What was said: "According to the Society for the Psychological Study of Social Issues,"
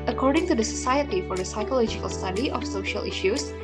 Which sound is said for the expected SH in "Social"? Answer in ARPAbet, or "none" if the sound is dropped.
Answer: SH